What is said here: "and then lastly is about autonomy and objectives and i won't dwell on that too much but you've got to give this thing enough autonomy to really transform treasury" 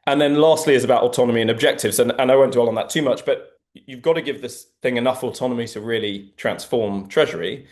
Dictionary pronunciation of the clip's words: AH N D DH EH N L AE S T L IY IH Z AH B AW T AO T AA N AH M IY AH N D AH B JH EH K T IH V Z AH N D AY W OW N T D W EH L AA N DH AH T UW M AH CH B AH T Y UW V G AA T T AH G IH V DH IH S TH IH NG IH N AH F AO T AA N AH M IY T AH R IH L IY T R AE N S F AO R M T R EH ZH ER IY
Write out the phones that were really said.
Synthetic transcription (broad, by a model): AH N DH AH N L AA S T L IY IH Z AH B AW T AO T AA N AH M IY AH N AH B JH EH K T IH V Z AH N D AY W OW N D W EH L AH N DH AH T UW M AH CH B AH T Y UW V G AA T T AH G IH V DH IH S TH IH NG IH N AH F AO T AA N AH M IY T AH R IH L IY T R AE N S F AO M T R EH ZH ER IY